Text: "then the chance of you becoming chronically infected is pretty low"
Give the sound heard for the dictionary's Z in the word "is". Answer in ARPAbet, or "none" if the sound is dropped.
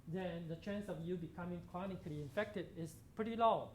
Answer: S